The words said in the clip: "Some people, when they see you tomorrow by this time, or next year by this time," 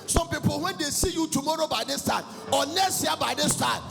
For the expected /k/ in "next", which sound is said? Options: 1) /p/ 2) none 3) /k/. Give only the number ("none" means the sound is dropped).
2